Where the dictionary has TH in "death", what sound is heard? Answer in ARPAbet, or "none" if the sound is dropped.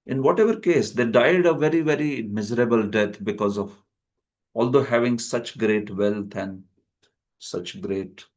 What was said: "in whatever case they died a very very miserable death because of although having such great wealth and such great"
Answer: T